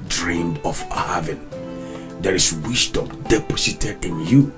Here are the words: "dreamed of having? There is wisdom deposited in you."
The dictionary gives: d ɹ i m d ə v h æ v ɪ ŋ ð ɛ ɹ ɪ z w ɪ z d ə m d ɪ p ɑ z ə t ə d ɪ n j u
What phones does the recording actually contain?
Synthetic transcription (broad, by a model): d ɹ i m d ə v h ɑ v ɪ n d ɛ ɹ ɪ s w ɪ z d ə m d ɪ p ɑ s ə t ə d ɪ n j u